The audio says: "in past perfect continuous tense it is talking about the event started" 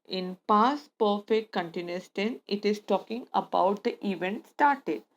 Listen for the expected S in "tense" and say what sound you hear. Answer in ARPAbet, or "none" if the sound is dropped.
none